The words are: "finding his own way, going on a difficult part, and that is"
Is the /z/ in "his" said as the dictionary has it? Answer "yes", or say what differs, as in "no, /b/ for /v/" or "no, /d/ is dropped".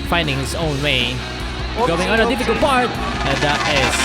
no, /s/ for /z/